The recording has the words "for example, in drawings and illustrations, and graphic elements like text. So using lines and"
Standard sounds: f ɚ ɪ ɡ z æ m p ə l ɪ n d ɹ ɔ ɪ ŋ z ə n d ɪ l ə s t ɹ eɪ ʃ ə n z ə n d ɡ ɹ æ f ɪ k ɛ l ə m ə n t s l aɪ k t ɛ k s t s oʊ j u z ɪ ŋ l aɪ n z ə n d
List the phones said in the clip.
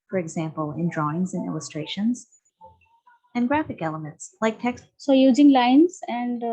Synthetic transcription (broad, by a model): f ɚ ɪ ɡ z æ m p ə l ɪ n d ɹ ɔ ɪ ŋ z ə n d ɪ l ə s t ɹ eɪ ʃ ə n z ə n ɡ ɹ æ f ɪ k ɛ l ə m ə n t s l aɪ k t ɛ k s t s oʊ j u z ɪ ŋ l aɪ n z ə n d